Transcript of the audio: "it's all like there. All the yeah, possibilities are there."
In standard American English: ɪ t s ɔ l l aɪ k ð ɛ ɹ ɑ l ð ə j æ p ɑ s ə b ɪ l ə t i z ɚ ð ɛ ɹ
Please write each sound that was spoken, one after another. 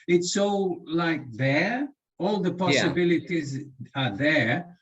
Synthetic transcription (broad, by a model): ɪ t s ɔ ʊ l aɪ k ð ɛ ɹ ɑ l ð ə p ɑ s ə b ɪ l ə t i z ɚ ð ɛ ɹ